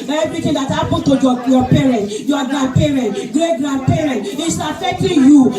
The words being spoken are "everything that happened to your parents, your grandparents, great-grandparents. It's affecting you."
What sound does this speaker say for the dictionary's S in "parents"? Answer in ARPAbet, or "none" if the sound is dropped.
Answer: none